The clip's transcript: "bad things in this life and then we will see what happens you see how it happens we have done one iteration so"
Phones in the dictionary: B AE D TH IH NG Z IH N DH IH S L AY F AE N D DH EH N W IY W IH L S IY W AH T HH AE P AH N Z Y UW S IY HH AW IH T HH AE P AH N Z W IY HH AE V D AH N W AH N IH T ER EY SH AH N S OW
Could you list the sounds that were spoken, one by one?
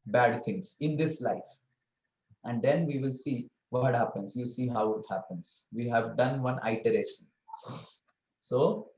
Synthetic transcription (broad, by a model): B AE D T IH NG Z IH N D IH S L AY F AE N D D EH N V IY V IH L S IY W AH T HH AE P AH N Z Y UW S IY HH AW IH T HH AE P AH N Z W IY HH AE V D AH N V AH N IH T ER EY SH AH N S OW